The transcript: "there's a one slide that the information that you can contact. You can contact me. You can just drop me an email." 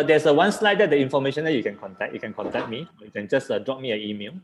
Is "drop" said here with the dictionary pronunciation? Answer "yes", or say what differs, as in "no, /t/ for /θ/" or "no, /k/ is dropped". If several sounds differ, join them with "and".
yes